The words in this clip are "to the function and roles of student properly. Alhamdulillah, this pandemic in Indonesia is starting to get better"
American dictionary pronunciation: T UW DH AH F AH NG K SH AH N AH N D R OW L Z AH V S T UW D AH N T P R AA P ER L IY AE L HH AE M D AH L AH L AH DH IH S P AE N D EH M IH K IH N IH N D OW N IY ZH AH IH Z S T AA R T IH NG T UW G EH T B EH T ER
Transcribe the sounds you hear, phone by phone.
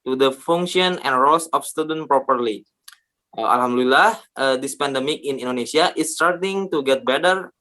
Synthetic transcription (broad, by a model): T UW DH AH F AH NG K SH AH N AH N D R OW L S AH F S T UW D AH N P R AA P ER L IY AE L HH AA M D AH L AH L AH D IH S P AE N D EH M IH K IH N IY N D OW N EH S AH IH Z S T AA R T IH NG T UW G EH T B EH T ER